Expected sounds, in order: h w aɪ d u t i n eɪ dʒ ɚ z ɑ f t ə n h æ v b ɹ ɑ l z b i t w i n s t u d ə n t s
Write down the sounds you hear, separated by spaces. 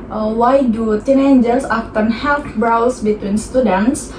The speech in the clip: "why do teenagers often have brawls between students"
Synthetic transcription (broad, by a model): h w aɪ d u t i n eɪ dʒ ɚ s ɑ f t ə n h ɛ f b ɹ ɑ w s b i t w i n s t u d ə n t s